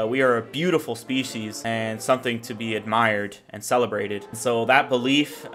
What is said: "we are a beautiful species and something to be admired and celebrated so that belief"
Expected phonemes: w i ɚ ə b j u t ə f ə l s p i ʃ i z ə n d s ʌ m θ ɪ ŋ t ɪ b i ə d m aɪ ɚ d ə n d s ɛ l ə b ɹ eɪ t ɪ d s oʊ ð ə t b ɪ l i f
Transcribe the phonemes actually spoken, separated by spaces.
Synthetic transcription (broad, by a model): w i ɚ ə b j u t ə f l s p i ʃ i z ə n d s ʌ m θ ɪ ŋ t ɪ b i ə d m aɪ ɚ d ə n s ɛ l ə b ɹ eɪ t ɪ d s oʊ ð ə t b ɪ l i f